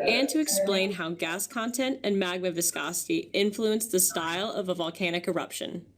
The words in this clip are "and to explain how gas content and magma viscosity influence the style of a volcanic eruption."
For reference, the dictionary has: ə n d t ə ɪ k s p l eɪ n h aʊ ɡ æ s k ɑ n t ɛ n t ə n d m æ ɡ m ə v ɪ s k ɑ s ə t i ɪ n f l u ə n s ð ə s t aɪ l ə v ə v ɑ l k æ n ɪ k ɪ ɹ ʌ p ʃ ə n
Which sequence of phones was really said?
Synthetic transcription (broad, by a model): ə n t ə ɪ k s p l eɪ n h aʊ ɡ æ s k ɑ n t ɛ n t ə n m æ ɡ m ə v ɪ s k ɑ s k i ɪ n f l u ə n s ð ə s t aɪ l ə v ə v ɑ l k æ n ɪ k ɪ ɹ ʌ p ʃ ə n